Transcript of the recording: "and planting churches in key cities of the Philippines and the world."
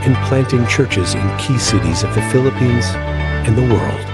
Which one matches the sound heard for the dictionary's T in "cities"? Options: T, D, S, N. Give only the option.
T